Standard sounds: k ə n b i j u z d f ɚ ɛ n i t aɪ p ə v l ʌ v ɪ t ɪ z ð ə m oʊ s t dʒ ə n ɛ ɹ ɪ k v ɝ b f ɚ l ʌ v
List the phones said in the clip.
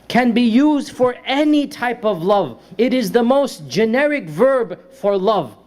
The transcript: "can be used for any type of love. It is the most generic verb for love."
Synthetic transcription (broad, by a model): k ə n b i j u z d f ɚ ɛ n i t aɪ p ə v l ʌ v ɪ t ɪ z ð ə m oʊ s t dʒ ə n ɛ ɹ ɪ k v ɝ b f ɚ l ʌ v